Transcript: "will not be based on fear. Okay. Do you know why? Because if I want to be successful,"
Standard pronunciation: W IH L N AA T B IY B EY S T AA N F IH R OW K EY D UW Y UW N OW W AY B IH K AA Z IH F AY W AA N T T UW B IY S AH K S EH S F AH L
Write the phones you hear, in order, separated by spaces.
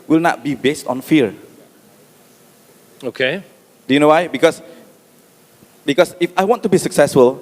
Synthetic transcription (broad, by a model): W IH L N AA T B IY B EY S T AA N F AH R OW K EY D UW Y UW N OW W AY B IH K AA S IH F AY W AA N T T UW B IY S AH K S EH S F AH L